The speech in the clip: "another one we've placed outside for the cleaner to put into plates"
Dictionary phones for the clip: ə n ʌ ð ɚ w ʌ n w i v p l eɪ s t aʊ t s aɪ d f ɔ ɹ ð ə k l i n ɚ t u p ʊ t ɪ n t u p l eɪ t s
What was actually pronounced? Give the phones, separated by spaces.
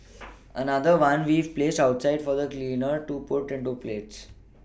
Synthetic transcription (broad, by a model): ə n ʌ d ɚ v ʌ n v i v p l eɪ s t aʊ t s aɪ d f ɔ ɹ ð ə k l i n ɚ t u p ʊ t ɪ n t u p l eɪ t s